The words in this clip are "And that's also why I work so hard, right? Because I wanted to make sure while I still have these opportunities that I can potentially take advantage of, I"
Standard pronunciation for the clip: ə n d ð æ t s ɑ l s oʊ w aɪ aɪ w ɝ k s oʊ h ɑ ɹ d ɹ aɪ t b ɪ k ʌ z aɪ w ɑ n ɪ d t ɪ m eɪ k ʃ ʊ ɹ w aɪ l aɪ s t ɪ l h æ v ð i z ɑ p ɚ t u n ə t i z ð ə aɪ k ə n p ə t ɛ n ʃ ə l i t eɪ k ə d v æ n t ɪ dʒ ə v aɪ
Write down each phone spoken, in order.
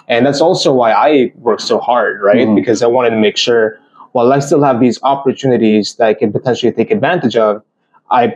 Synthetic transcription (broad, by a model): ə n ð æ t s ɑ l s oʊ w aɪ aɪ w ɝ k s oʊ h ɑ ɹ d ɹ aɪ t b ɪ k ʌ z aɪ w ɑ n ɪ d t ɪ m eɪ k ʃ ʊ ɹ w aɪ l aɪ s t ɪ l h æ v ð i z ɑ p ɚ t u n ə t i z ð ə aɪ k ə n p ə t ɛ n ʃ l i t eɪ k ə d v æ n t ɪ dʒ ə v aɪ